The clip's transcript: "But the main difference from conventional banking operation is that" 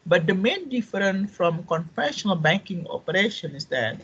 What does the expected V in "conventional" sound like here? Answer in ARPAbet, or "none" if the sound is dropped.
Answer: F